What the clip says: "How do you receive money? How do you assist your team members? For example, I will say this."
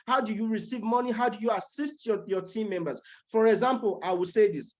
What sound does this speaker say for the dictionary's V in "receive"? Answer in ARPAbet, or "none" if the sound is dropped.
V